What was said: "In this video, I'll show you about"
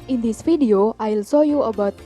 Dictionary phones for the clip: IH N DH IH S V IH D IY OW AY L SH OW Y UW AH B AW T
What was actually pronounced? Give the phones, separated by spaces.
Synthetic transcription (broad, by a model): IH N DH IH S F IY D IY OW AY L S OW Y UW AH B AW T